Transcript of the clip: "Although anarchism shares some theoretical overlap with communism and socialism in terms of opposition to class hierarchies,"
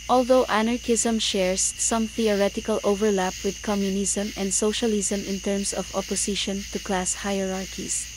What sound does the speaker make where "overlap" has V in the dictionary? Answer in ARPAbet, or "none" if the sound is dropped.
V